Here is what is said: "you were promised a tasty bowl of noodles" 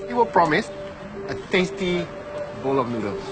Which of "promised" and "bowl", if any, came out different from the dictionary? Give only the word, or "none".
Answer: promised